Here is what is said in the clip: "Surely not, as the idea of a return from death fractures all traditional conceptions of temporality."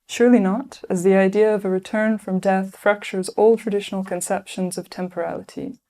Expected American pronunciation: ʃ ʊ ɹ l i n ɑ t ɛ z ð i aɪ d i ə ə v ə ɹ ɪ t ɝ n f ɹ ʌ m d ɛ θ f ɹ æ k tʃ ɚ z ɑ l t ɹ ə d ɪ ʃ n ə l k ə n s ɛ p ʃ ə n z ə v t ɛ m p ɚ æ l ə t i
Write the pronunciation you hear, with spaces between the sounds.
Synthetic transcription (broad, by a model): ʃ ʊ ɹ l i n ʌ t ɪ z ð i aɪ d i ə ə v ə ɹ ɪ t ɝ n f ɹ ʌ m d ɛ θ f ɹ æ k tʃ ɚ z ɑ l t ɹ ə d ɪ ʃ n l k ə n s ɛ p ʃ ə n z ə v t ɛ m p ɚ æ l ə t i